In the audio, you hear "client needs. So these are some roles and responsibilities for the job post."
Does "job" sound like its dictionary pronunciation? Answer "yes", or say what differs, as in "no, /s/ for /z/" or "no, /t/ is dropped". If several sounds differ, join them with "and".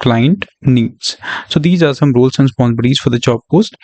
no, /tʃ/ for /dʒ/